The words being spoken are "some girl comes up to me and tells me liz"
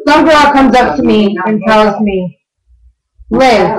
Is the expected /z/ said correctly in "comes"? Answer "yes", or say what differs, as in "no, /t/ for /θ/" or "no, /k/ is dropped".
yes